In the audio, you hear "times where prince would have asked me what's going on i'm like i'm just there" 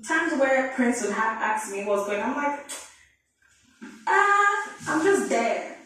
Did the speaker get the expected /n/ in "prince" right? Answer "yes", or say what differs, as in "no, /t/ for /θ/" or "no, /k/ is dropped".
yes